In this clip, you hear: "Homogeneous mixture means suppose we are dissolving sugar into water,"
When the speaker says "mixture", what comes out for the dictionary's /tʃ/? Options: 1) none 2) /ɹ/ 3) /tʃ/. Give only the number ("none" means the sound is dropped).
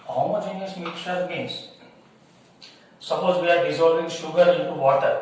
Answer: 1